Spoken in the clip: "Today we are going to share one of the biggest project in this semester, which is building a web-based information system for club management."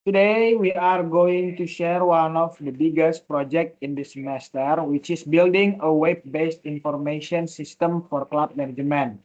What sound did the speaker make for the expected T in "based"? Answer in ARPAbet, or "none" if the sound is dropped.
T